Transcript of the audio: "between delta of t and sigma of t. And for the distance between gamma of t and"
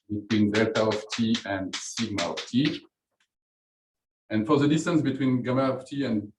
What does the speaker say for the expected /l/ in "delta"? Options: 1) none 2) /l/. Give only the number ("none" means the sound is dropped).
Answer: 1